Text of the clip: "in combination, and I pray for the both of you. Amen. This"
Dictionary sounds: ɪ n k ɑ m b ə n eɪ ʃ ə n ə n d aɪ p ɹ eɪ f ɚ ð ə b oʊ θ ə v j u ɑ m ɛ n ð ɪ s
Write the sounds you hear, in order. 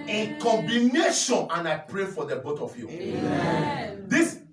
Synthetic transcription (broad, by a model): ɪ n k ɑ m b ə n eɪ ʃ ə n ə n aɪ p ɹ eɪ f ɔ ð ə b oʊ t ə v j u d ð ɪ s